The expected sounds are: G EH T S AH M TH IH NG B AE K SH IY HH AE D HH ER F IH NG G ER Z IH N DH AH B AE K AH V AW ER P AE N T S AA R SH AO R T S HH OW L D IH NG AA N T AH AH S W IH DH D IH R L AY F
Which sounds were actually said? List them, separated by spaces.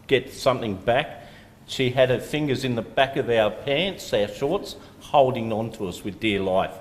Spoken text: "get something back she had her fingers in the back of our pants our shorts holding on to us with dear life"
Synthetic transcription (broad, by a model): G EH T S AH M TH IH NG B AE K SH IY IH D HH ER F IH NG G ER Z IH N DH AH B AE K AH V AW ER P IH N T S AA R SH AO R T S HH OW L D IH NG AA N T AH AH S W IH DH D IH R L AY F